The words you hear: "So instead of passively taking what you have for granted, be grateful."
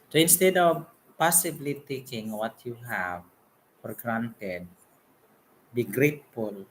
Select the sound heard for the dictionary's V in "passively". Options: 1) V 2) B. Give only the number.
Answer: 2